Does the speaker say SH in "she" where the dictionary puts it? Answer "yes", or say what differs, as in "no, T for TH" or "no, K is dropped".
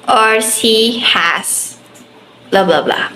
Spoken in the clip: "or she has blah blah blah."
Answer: no, S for SH